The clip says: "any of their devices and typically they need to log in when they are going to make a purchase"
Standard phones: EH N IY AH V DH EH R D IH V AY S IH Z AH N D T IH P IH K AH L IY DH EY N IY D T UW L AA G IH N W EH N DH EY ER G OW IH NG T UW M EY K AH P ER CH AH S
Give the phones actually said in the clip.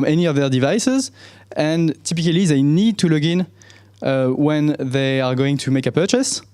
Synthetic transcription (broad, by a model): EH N IY AH V DH EH R D IH V AY S IH Z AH N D T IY P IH K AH L IY DH EY N IY D T UW L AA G IH N W EH N DH EY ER G OW IH NG T UW M EY K AH P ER CH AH S